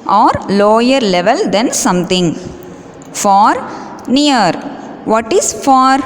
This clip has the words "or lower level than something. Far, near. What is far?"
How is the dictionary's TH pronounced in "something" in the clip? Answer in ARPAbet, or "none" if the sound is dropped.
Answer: T